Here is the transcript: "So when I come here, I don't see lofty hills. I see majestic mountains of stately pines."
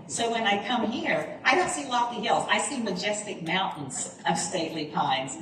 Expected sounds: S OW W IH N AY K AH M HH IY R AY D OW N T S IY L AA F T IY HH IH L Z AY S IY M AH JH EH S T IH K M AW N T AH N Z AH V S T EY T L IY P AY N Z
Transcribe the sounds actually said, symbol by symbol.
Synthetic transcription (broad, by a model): S OW W IH N AY K AH M HH IY R AY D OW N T S IY L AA T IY HH IH L Z AY S IY M AH JH EH S T IH K M AW N T N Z AH V S T EY T L IY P AY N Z